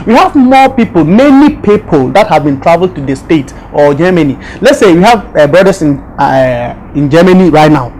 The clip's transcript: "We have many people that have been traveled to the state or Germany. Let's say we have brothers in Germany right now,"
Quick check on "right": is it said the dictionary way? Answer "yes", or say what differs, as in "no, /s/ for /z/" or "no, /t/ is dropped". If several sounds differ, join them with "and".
yes